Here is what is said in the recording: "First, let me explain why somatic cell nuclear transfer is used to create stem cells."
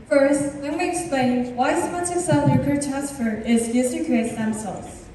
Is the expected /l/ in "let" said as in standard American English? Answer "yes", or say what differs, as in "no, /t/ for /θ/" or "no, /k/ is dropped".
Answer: no, /w/ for /l/